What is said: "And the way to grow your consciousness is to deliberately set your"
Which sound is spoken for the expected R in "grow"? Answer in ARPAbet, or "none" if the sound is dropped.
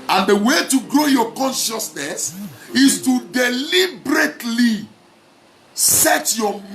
R